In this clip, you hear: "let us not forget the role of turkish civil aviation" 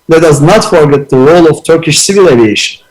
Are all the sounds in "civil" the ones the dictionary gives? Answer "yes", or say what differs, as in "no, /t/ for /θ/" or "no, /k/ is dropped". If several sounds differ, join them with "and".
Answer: yes